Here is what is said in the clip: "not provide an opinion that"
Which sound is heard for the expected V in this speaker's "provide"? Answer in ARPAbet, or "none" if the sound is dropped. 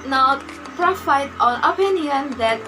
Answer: F